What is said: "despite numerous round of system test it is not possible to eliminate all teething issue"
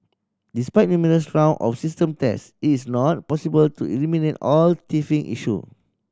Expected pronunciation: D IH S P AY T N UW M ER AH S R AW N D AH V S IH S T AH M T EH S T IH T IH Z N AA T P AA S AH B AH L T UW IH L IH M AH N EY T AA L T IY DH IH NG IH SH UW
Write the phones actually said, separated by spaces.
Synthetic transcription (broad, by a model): D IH S P AY T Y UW M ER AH S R AW N AH F S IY S T AH M T EH S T IH T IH S N AA T P AA S AH B AH L T UW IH L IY M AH N EY T AA L T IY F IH NG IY SH UW